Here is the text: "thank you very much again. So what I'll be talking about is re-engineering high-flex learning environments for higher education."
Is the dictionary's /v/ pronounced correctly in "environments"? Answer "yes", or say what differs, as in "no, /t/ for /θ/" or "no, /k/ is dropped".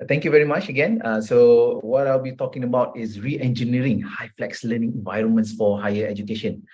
yes